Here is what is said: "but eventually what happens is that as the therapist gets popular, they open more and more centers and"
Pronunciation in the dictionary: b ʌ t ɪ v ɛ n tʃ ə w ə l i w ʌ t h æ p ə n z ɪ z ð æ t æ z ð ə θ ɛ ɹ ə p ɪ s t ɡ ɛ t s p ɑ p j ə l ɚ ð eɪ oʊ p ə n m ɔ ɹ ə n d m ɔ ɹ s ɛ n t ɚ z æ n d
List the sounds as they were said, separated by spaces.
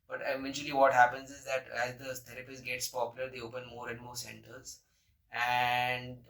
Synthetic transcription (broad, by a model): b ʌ t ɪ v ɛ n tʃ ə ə l i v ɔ t h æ p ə n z ɪ z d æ t æ z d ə t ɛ ɹ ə p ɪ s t ɡ ɛ t s p ɑ p j ə l ɚ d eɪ oʊ p ə n m ɔ ɹ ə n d m ɔ ɹ s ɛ n t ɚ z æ n d